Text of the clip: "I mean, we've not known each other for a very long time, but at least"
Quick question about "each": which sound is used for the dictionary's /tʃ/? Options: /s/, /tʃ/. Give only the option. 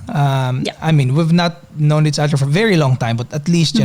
/s/